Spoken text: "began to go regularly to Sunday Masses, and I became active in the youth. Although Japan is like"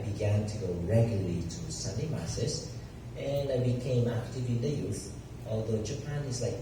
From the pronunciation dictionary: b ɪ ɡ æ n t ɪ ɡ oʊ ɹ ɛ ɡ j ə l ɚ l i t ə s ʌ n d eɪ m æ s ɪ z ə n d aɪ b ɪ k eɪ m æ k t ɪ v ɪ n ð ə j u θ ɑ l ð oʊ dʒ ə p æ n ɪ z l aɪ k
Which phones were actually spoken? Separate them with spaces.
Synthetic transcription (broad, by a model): b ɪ ɡ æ n t ɪ ɡ oʊ ɹ ɛ ɡ j l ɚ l i t ə s ʌ n d eɪ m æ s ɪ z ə n aɪ b ɪ k eɪ m æ k t ɪ v ɪ n ð ə j u θ ɑ l ð oʊ dʒ ə p æ n ɪ z l aɪ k